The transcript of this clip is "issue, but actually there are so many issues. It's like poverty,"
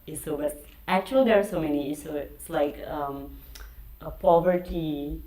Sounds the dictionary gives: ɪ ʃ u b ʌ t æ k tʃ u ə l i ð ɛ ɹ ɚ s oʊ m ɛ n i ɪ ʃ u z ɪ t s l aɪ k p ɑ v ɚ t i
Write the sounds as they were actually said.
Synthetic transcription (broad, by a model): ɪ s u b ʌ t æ k tʃ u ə l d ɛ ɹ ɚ s oʊ m ɛ n i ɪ s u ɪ ɪ t s l aɪ k p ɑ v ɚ t i